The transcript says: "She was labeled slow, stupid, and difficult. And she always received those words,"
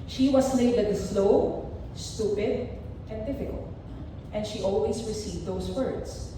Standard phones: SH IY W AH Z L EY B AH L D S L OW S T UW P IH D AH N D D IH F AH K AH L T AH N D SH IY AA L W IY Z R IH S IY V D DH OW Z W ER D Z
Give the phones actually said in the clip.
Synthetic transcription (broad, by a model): SH IY W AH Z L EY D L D S L OW S T UW P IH D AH N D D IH F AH K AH L T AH N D SH IY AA L W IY S R IH S IY V D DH OW S W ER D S